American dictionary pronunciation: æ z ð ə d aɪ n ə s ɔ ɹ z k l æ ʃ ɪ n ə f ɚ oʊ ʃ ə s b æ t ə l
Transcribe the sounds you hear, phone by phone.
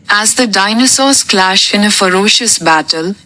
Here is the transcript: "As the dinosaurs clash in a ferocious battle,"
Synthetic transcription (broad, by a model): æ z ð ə d aɪ n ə s ɔ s k l æ ʃ ɪ n ə f ɚ oʊ ʃ ə s b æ t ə l